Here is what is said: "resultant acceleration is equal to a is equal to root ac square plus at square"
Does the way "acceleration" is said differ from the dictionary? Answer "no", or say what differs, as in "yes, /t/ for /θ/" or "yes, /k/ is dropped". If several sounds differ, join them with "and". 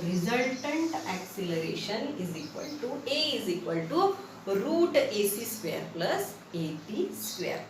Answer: no